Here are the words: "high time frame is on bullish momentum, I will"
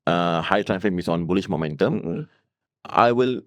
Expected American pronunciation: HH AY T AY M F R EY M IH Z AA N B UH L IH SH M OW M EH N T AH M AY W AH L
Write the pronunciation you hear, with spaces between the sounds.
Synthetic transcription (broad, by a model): HH AY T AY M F EY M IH S AA N B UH L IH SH M OW M EH N T AH M AY W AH L